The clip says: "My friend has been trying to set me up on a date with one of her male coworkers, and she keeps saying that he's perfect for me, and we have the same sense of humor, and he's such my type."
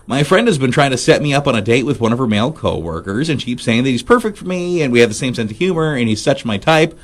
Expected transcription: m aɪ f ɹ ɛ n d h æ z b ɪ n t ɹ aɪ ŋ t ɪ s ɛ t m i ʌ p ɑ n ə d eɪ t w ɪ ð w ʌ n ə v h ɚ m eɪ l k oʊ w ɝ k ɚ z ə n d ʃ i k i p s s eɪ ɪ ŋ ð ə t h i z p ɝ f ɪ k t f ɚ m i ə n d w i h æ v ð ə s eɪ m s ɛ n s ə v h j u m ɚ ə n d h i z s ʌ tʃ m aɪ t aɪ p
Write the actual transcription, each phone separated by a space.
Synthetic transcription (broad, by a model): m aɪ f ɹ ɛ n d h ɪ z b ɪ n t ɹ aɪ ŋ t ɪ s ɛ t m i ʌ p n ə d eɪ t w ɪ ð w ʌ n ə v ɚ m eɪ l k oʊ w ɝ k ɚ z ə n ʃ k i p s s eɪ ɪ ŋ ð ə t h i z p ɝ f ɪ k t f ɚ m i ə n w i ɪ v ð ə s eɪ m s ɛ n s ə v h j u m ɚ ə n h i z s ʌ tʃ m aɪ t aɪ p